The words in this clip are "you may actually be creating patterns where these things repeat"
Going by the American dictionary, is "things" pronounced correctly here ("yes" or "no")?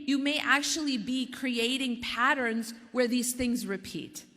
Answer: yes